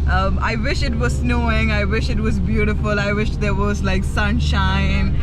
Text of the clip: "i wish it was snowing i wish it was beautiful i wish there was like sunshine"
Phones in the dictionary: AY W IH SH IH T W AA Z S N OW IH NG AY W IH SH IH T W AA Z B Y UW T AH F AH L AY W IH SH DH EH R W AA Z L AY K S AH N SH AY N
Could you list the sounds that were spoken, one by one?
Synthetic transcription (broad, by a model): AY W IH SH IH T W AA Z S N OW IH NG AY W IH SH IH T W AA Z B Y UW T AH F AH L AY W IH SH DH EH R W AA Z L AY K S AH N SH AY N